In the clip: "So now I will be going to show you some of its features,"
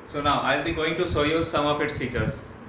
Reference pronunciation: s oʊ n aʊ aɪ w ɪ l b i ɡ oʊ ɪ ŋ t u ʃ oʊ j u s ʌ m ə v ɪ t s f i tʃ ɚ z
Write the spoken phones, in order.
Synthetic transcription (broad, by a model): s oʊ n aʊ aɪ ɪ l b i ɡ oʊ ɪ ŋ t u s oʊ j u s ʌ m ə f ɪ t s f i tʃ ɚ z